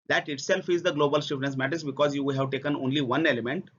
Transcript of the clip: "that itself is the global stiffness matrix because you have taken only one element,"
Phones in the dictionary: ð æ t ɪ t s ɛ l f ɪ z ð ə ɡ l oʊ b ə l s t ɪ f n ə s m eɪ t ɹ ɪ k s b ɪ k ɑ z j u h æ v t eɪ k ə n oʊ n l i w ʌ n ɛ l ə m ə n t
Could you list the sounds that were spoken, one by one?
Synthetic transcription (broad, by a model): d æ t ɪ t s ɛ l f ɪ z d ə ɡ l oʊ b ə l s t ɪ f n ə s m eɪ t ɪ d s b ɪ k ɑ z j u h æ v t eɪ k ə n oʊ n l i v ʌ n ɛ l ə m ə n t